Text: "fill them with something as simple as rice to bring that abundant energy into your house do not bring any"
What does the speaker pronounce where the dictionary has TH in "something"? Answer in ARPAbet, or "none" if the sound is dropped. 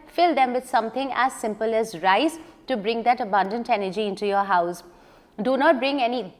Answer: T